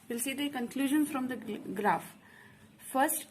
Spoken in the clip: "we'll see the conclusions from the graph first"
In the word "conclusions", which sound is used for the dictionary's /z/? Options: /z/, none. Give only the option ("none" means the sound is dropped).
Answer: none